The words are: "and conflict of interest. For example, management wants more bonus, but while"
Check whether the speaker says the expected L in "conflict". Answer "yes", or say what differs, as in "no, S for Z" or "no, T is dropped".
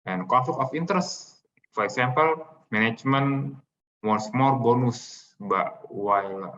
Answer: no, L is dropped